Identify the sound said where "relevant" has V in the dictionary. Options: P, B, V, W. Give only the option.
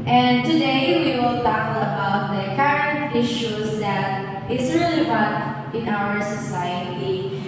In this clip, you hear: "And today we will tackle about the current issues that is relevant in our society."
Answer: B